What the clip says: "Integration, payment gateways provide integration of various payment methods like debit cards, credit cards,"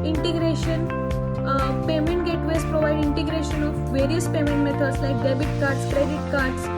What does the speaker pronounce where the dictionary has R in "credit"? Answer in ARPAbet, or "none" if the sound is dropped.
R